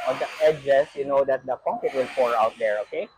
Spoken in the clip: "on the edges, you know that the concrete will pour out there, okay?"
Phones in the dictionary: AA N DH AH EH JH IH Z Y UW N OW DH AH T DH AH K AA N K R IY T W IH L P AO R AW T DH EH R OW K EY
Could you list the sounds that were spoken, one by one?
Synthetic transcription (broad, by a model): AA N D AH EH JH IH S Y UW N OW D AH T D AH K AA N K IY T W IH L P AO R AW T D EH R OW K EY